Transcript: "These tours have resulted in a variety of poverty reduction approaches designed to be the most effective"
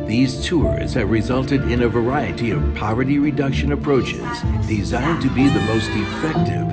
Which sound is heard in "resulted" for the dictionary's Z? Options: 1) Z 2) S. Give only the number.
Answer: 1